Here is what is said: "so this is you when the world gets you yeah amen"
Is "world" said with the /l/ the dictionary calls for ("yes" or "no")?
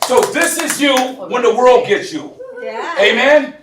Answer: yes